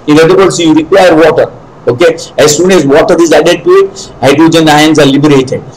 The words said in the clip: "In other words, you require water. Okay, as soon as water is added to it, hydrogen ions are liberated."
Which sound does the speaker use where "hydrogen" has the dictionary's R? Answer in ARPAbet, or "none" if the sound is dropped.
none